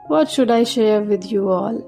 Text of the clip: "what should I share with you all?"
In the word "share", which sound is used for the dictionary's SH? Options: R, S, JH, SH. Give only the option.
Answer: SH